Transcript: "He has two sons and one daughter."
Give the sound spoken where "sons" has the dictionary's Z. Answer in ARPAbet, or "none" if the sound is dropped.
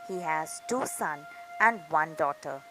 none